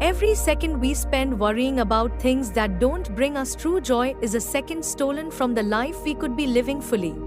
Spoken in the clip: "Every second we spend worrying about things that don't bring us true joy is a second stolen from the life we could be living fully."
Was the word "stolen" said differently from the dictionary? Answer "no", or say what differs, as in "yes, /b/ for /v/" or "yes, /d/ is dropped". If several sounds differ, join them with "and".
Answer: no